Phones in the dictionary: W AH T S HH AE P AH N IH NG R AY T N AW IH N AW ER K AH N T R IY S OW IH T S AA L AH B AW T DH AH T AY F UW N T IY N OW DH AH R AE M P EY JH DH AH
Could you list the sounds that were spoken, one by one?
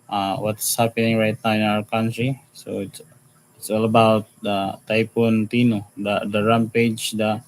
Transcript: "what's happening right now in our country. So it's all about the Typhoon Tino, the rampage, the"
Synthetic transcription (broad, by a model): W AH T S HH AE P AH N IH NG R AY T N AW IH N AW ER K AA N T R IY S OW IH T S AA L AH B AW T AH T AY P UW N T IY N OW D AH R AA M P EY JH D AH